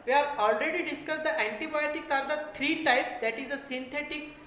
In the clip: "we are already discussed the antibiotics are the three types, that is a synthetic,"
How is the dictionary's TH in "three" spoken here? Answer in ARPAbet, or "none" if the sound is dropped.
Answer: T